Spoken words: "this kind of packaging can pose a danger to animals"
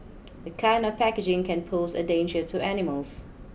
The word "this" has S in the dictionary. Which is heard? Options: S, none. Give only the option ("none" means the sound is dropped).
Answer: none